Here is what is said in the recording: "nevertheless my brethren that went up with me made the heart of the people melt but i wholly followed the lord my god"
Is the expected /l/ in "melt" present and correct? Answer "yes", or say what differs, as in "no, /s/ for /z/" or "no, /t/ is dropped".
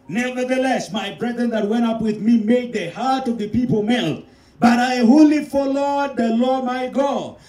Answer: yes